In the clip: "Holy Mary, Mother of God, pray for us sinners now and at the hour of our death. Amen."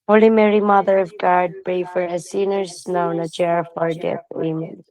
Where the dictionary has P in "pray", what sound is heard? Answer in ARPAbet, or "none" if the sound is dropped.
B